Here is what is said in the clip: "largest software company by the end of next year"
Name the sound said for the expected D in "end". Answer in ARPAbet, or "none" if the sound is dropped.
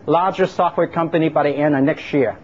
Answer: none